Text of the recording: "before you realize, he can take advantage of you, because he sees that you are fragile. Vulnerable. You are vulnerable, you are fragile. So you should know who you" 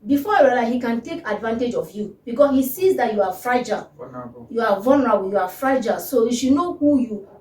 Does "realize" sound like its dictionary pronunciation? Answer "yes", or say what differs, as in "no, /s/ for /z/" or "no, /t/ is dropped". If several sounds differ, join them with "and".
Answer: no, /z/ is dropped